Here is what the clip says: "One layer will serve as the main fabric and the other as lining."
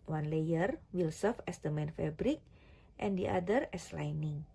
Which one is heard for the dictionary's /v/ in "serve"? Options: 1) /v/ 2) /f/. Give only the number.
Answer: 2